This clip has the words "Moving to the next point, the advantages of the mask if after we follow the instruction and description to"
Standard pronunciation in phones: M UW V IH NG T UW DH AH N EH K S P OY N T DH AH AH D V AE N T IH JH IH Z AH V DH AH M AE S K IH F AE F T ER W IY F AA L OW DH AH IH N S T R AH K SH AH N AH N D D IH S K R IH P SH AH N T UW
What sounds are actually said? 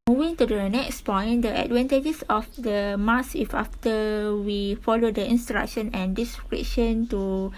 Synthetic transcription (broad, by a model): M UW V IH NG T UW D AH N EH K S P OY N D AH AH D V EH N T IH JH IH S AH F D AH M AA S IH F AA F T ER W IY F AA L OW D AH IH N S T R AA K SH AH N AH N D D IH S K R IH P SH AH N T UW